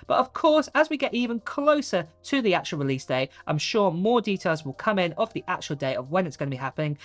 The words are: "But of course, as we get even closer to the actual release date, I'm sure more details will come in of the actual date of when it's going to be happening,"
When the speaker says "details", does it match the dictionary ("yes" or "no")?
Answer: yes